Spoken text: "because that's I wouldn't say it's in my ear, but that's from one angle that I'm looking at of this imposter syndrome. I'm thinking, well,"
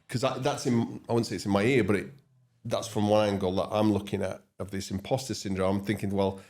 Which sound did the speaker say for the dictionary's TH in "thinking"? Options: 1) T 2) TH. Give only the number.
2